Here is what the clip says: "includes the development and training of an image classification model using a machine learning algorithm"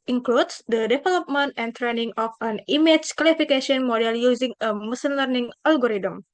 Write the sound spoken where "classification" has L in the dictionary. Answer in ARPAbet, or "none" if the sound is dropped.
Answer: W